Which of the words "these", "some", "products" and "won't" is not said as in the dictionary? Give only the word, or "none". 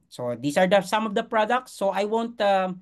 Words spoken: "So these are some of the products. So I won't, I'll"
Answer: these